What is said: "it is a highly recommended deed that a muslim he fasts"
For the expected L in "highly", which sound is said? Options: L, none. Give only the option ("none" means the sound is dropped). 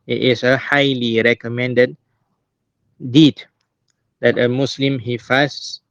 L